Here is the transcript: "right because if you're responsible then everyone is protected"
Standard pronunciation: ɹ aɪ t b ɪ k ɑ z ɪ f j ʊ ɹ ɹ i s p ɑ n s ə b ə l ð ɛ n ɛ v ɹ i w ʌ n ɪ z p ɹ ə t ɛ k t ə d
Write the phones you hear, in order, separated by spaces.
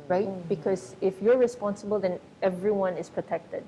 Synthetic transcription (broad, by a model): ɹ aɪ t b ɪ k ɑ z ɪ f j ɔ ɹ ɹ i s p ɑ n s ə b ə l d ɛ n ɛ v ɹ i w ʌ n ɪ s p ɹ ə t ɛ k t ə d